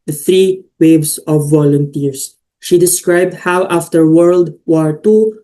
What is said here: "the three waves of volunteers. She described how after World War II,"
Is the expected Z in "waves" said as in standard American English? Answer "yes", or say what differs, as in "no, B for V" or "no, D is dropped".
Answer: no, S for Z